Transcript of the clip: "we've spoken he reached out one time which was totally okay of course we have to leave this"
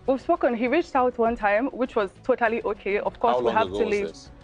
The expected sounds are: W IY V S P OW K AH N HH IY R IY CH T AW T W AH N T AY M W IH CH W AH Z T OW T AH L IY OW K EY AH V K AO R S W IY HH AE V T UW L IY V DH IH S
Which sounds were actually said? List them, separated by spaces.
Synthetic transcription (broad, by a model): W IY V S P OW K AH N HH IY R IY CH T AW T W AH N T AY M W IH CH W AH Z T OW T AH L IY OW K EY AH V K AO R S W IY HH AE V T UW L IY V